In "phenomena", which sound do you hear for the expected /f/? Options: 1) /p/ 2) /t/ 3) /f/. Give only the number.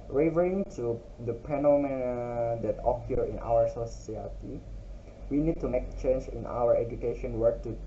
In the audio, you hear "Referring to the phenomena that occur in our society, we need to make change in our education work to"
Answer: 1